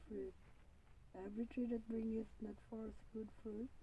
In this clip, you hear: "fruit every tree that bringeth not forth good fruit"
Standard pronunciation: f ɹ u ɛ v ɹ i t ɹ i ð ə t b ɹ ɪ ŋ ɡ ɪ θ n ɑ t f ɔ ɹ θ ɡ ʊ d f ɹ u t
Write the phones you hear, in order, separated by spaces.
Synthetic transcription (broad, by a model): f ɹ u ɛ v ɹ i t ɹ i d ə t b ɹ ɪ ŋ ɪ s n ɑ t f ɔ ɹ s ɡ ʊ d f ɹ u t